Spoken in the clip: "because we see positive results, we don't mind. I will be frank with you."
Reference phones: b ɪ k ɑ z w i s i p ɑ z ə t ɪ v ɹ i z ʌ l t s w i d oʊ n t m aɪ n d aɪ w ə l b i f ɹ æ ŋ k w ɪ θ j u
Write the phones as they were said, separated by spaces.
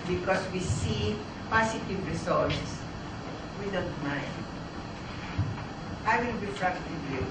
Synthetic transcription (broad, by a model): b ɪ k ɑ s w i s i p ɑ s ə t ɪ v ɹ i s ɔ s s w i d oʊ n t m aɪ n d aɪ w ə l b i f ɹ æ k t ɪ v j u